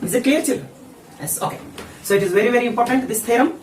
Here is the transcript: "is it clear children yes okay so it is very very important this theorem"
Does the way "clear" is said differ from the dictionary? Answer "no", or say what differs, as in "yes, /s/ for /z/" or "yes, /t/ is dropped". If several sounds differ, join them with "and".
yes, /l/ is dropped